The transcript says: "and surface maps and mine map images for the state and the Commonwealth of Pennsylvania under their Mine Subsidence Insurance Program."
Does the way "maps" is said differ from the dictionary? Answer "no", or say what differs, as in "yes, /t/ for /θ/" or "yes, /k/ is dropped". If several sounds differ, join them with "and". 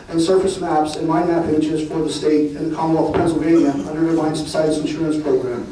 no